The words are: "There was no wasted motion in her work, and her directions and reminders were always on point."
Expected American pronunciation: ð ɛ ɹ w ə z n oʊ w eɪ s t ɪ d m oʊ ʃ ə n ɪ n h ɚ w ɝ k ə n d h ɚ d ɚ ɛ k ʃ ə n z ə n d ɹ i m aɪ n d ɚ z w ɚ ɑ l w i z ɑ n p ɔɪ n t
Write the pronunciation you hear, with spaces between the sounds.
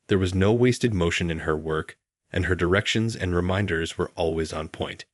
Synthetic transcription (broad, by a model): ð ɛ ɹ w ə z n oʊ w eɪ s t ɪ d m oʊ ʃ ə n ɪ n ɚ w ɝ k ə n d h ɚ d ɚ ɛ k ʃ ə n z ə n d ɹ i m aɪ n d ɚ z w ɚ ɑ l w i z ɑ n p ɔɪ n t